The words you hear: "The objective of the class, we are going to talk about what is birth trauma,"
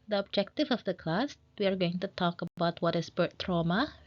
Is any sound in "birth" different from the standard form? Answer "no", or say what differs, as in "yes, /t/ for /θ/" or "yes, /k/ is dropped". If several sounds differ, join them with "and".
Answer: yes, /t/ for /θ/